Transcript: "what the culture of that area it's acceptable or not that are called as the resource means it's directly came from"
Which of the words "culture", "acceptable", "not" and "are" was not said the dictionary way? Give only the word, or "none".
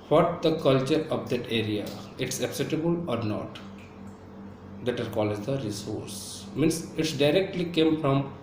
acceptable